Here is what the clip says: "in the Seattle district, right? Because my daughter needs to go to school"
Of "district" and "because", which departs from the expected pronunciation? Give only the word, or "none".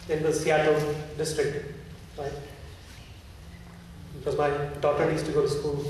none